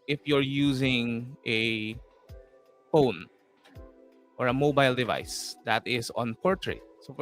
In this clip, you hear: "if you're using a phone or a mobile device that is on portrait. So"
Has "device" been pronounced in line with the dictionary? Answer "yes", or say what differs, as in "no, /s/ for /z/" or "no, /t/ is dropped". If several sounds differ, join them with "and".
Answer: yes